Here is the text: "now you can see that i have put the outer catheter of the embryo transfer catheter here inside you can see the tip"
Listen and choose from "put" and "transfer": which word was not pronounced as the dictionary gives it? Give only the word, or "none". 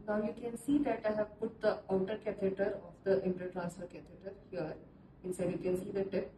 transfer